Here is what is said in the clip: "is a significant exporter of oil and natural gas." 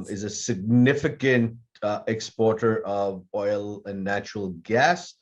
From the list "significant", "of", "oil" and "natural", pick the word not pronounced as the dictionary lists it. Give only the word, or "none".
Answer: none